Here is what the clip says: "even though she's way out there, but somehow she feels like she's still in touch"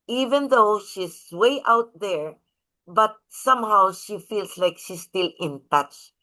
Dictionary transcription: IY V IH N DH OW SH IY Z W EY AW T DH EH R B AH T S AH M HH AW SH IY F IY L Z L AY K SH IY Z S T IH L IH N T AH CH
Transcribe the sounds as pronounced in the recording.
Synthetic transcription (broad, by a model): IY V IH N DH OW SH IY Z W EY AW T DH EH R B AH T S AH M HH AW SH IY F IY L S L AY K SH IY S T IH L IH N T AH CH